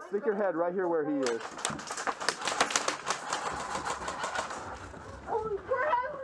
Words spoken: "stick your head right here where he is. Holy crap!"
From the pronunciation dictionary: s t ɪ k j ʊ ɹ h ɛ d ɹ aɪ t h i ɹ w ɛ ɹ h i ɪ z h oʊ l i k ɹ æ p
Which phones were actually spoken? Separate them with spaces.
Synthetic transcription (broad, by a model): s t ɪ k j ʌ ɹ h ɛ d ɹ aɪ t h i ɹ w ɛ ɹ h i ɪ z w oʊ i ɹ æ